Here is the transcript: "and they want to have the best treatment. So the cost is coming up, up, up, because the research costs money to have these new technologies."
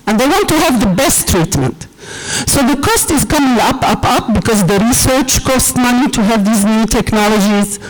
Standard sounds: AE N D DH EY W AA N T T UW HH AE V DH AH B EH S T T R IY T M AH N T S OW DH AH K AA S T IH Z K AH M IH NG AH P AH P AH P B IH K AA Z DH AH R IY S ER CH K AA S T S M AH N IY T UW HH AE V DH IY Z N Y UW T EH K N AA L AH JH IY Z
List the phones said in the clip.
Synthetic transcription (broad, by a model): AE N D DH EY W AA N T T UW HH AE V DH AH B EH S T T R IY T M AH N T S OW DH AH K AA S T IH Z K AH M IH NG AH P AH P AH P B IH K AA Z DH AH R IY S ER CH K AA S T M AH N IY T UW HH AE V DH IY Z N Y UW T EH K N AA L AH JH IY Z